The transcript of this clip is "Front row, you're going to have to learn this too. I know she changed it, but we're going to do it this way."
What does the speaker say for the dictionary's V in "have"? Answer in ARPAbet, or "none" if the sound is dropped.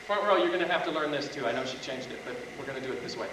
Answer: F